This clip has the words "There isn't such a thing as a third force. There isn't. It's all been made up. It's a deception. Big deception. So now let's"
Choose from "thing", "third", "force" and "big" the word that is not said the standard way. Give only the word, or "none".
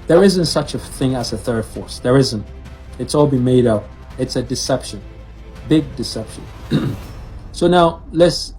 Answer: none